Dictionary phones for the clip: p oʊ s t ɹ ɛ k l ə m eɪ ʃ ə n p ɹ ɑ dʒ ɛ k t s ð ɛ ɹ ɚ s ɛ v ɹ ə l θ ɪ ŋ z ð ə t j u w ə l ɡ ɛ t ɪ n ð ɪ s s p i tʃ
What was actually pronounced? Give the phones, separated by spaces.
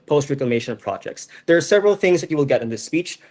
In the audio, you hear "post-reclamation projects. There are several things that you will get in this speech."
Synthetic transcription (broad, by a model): p oʊ s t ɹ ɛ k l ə m eɪ ʃ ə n p ɹ ɑ dʒ ɛ k t s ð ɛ ɹ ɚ s ɛ v ɹ ə l θ ɪ ŋ z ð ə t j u w ə l ɡ ɛ t ɪ n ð ɪ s s p i tʃ